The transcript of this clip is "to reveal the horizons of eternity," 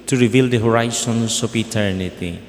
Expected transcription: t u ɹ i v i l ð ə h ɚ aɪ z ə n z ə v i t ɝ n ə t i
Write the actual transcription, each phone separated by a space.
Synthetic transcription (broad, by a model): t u ɹ i v i l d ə h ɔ aɪ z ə n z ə p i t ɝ n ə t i